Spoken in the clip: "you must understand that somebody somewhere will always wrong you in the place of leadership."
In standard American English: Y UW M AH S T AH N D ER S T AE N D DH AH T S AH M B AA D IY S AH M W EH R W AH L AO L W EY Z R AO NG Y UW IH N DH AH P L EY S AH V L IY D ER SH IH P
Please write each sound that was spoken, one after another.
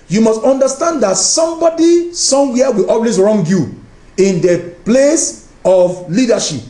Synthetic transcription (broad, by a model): Y UW M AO S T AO N D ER S T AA N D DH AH T S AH M B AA D IY S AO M W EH W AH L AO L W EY S R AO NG Y UW IH N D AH P L EY S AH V L IY D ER SH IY P